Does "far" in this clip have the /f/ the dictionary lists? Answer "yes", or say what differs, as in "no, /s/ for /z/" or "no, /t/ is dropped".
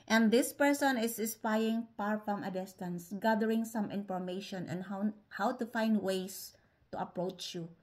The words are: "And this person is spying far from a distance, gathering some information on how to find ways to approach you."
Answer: no, /p/ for /f/